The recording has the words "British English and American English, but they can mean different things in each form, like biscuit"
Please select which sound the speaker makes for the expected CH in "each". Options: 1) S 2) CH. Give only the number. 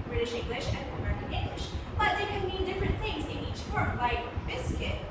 2